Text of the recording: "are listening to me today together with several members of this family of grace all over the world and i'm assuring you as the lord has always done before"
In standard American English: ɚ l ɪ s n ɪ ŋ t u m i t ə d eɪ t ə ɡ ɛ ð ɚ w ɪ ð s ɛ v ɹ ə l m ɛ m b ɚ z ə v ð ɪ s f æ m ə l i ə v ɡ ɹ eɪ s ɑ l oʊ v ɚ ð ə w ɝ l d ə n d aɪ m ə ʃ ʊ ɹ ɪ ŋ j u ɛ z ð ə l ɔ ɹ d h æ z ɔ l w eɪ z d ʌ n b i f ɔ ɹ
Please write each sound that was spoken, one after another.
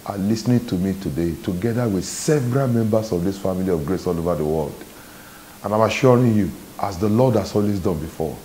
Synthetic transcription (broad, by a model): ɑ l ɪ s n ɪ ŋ t u m i t ə d eɪ t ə ɡ ɛ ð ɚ w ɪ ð s ɛ v ɹ ə l m ɛ m b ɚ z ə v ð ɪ s f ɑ m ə l i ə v ɡ ɹ eɪ s ɑ l oʊ v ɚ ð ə w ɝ l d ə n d aɪ m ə ʃ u ɹ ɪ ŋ j u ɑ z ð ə l ɔ d h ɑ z ɔ l w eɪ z d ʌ n b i f ɔ